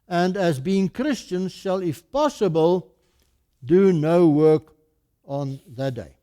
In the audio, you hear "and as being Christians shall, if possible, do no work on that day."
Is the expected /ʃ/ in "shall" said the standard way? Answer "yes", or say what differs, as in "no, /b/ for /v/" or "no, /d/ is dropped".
yes